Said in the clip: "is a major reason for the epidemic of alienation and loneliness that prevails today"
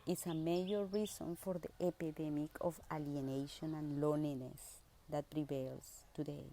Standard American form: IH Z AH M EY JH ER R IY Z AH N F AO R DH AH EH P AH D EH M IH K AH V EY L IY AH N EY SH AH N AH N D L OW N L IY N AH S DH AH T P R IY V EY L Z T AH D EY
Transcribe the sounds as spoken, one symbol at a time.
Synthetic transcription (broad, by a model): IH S AH M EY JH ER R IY S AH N F AO R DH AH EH P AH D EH M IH K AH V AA L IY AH N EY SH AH N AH N L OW N IY N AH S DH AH T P R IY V EY L S T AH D EY